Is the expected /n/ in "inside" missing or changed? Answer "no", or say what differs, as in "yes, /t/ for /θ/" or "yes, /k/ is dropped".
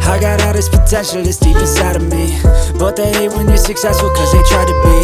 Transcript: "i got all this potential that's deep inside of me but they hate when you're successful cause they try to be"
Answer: yes, /n/ is dropped